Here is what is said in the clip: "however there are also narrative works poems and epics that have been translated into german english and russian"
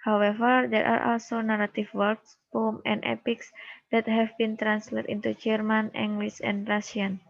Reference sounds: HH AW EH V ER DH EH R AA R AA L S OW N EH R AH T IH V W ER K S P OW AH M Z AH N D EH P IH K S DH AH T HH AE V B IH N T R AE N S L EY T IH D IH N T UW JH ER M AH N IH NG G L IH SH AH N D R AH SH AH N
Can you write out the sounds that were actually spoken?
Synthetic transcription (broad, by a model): HH AW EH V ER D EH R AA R AA L S OW N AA R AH T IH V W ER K S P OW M AH N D EH P IH K S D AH T HH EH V B IH N T R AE N S L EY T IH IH N T UW JH ER M AH N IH NG G L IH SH AH N D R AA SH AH N